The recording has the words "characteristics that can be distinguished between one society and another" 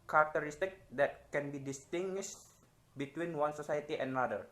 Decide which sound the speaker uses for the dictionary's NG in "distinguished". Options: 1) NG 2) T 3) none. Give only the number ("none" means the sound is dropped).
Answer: 1